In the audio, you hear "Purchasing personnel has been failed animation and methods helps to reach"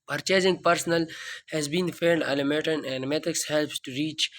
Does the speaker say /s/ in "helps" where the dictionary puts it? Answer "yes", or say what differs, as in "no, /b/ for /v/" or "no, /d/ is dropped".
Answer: yes